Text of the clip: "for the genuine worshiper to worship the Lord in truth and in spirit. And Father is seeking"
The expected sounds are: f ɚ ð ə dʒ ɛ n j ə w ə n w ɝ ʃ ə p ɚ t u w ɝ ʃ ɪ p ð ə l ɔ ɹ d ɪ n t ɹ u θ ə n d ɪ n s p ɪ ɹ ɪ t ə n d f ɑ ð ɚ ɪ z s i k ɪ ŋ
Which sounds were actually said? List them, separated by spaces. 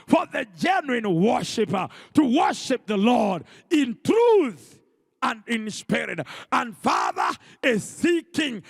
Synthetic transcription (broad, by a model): f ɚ ð ə dʒ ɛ n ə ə n w ɝ ʃ ə p ɚ t u w ɝ ʃ ɪ p ð ə l ɔ ɹ d ɪ n t ɹ u θ ə n d ɪ n s p ɪ ɹ ɪ t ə n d f ɑ ð ɚ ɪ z s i k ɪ ŋ